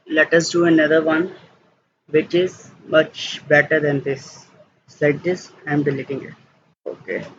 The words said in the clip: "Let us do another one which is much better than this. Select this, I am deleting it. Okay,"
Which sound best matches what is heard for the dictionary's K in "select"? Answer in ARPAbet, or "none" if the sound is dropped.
none